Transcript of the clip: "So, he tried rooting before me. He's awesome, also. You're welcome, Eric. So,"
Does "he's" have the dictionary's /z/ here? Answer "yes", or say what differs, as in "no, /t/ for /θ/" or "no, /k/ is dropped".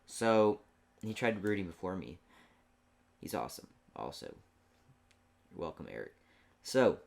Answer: yes